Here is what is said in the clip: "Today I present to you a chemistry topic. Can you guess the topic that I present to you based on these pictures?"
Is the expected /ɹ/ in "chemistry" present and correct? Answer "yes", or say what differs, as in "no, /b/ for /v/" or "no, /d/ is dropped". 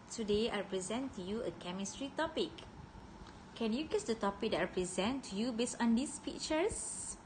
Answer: yes